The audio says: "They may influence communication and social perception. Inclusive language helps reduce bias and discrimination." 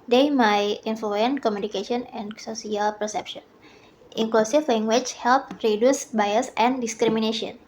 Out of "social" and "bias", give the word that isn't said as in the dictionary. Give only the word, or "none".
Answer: social